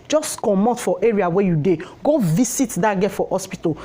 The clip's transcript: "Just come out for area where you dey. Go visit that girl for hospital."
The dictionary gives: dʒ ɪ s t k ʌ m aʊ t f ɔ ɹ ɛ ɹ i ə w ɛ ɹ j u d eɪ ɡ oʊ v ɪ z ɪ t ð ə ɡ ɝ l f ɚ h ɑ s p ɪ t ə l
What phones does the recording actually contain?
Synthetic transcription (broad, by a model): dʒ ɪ s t k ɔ m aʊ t f ɔ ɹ ɛ ɹ i ə w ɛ j u d eɪ ɡ oʊ v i s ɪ t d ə ɡ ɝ f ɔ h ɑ s p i t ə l